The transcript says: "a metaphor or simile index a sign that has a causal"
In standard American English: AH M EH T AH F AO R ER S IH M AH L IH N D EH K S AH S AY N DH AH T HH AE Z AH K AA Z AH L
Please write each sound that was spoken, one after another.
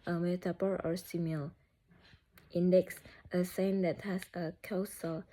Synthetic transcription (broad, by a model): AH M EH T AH P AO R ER S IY M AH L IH N D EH K S AH S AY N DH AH T HH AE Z AH K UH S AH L